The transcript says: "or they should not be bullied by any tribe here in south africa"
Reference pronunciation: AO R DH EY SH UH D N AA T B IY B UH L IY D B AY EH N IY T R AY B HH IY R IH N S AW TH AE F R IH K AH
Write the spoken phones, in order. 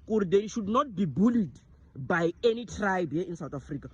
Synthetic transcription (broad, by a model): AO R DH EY SH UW D N AA T B IY B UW L IY D B AY EH N IY T R AY B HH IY IH N S AW T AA F R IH K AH